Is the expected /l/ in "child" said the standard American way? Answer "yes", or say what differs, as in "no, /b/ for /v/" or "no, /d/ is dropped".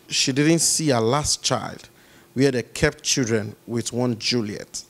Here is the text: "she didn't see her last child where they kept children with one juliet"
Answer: yes